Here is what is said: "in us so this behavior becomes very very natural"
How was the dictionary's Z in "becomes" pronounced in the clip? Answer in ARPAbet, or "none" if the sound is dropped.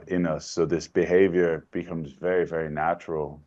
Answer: Z